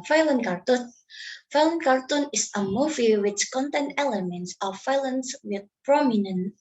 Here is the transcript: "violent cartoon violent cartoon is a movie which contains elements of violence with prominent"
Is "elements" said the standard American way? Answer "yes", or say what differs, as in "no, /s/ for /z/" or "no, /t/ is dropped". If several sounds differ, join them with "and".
yes